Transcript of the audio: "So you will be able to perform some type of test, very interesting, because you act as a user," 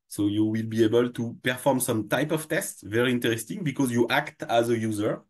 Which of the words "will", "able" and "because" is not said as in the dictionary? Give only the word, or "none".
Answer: none